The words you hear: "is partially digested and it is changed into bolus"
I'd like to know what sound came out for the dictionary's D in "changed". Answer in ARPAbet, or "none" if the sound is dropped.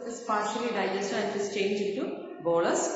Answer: none